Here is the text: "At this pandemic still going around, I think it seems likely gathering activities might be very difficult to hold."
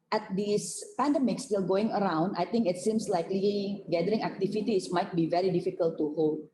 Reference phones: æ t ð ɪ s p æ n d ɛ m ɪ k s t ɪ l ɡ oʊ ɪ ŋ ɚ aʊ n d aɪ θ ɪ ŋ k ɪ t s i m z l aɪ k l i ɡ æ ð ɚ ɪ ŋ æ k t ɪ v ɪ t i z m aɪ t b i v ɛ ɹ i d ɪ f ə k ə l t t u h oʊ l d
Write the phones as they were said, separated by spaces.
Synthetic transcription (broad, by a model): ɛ t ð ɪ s p æ n d ɛ m ɪ k s t ɪ l ɡ oʊ ɪ ŋ ɚ aʊ n d aɪ t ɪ ŋ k ɪ t s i m s l aɪ k l i ɡ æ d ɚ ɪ ŋ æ k t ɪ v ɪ t i s m aɪ t b i v ɛ ɹ i d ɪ f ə k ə l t t u h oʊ l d